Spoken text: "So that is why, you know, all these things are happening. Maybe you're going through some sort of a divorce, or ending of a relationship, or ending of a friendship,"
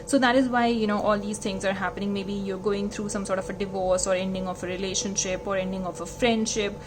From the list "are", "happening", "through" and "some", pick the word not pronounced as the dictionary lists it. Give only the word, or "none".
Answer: through